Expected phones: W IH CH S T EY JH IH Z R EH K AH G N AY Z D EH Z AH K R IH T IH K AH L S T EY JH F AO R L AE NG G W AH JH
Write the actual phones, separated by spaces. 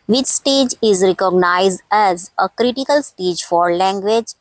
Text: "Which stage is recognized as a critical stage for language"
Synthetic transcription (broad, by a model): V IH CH S T EY JH IH Z R EH K AH G N AY Z D EH Z AH K R IH T IH K AH L S T EY JH F AO R L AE NG G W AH JH